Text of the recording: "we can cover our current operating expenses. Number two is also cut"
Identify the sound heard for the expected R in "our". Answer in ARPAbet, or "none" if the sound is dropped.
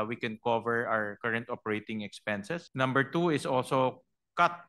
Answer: W